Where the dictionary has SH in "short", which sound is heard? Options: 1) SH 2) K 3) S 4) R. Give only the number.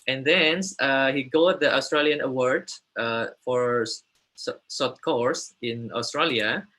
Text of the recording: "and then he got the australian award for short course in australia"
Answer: 3